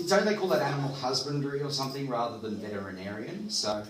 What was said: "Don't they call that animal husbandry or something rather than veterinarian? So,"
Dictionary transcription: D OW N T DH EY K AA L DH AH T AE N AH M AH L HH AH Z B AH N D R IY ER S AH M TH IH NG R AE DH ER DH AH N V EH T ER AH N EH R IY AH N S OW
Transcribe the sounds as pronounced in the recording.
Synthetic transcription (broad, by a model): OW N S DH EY K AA L DH AH T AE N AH M L HH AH Z B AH N D R IY ER S AH M TH IH NG R AE DH ER DH AH N V EH T ER AH N EH R IY AH N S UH